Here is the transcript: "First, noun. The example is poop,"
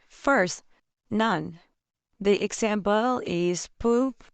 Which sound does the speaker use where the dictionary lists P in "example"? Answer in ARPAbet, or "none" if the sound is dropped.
B